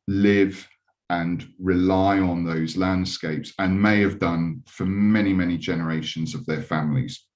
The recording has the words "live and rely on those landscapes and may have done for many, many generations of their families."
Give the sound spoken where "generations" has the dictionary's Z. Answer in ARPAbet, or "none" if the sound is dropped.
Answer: Z